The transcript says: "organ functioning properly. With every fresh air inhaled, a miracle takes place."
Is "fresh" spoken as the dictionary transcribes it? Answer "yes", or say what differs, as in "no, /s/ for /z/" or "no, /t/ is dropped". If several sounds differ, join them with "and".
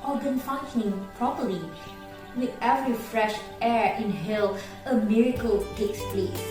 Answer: yes